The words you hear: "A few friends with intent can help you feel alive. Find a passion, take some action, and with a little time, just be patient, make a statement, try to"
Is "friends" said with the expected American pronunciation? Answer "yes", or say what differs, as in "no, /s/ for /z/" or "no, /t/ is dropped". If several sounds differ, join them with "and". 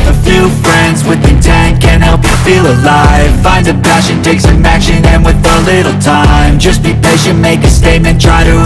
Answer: yes